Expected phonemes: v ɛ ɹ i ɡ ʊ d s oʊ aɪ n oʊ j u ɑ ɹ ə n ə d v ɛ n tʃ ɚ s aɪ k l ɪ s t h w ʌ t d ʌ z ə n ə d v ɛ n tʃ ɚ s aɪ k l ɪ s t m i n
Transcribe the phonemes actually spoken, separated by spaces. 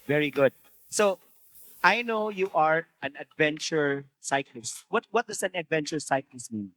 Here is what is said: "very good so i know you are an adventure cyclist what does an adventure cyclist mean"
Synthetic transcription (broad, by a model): v ɛ ɹ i ɡ ʊ d s oʊ aɪ n oʊ j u ɑ ɹ ə n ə d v ɛ n tʃ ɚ s aɪ k l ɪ s t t w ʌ t d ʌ s ə n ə d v ɛ n tʃ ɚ s aɪ k l ɪ s t m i n